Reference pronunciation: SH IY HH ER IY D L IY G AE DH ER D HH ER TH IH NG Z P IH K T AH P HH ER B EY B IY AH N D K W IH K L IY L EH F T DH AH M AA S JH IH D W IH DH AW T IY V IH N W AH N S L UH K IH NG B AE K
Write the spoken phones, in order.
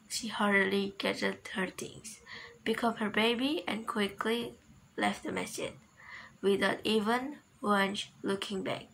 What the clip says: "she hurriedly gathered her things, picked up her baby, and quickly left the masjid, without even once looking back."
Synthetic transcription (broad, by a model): SH IY HH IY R L IY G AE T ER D HH ER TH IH NG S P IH K AH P HH ER B EY B IY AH N K W IH K L IY L EH F T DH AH M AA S IH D W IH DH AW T IY V IH N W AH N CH L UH K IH NG B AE K